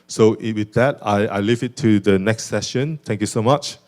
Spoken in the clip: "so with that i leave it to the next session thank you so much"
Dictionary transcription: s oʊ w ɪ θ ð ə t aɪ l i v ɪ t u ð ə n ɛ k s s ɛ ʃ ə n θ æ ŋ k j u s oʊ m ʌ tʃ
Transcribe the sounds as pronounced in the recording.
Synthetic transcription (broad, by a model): s oʊ w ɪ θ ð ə t aɪ l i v ɪ t u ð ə n ɛ k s s ɛ ʃ ə n t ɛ ŋ k j u s oʊ m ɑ tʃ